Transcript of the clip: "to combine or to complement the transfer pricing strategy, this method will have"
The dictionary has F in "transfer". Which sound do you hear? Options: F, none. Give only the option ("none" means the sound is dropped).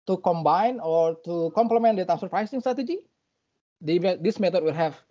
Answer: none